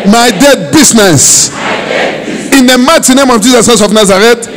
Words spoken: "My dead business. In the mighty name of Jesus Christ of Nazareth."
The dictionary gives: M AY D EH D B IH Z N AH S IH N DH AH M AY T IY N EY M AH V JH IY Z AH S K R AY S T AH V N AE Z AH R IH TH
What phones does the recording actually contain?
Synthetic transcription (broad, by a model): M AY D EH D B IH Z N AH S IH N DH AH M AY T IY N EY M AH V JH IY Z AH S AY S AH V N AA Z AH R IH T